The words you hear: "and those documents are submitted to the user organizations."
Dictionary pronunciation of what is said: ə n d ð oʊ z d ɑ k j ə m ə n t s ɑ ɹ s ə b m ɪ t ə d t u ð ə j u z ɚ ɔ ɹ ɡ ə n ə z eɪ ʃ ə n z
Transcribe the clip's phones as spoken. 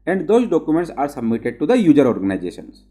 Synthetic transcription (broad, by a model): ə n d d oʊ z d ɑ k j ə m ə n t s ɑ ɹ s ə b m ɪ t ə d t u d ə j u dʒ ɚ ɔ ɹ ɡ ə n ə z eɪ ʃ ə n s